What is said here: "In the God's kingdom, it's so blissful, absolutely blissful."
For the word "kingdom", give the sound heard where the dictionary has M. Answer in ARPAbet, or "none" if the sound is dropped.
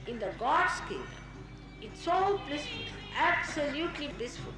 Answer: none